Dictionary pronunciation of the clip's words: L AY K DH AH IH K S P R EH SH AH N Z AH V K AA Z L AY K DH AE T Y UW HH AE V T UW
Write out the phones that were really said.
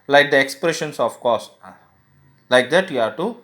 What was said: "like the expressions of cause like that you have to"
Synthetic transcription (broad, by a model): L AY K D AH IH K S P R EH SH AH N S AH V K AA S L AY K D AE T Y UW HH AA T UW